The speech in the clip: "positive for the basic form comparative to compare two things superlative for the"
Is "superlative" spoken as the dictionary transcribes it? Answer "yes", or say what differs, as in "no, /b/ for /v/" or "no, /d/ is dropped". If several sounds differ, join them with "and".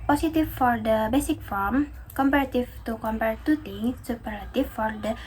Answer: no, /l/ is dropped